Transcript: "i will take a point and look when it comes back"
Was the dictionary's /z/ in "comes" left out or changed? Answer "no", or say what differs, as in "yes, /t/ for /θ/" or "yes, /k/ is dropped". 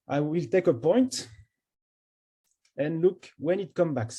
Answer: yes, /z/ is dropped